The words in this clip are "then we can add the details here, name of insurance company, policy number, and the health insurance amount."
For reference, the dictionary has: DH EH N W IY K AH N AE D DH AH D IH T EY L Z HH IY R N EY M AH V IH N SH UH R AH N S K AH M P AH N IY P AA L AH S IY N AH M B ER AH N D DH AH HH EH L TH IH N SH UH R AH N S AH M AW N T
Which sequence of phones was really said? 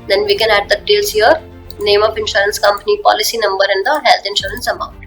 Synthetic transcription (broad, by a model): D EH N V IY K AH N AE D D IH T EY L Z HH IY R N EY M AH P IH N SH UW R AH N S K AH M P AH N IY P AA L AH S IY N AH M B ER AH N D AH HH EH L T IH N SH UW R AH N S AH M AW N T